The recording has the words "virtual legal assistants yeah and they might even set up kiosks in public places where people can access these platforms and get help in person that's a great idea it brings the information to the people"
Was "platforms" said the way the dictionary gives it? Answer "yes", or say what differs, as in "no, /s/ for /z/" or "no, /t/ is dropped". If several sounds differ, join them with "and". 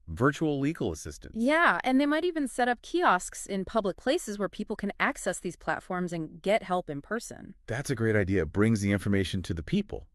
yes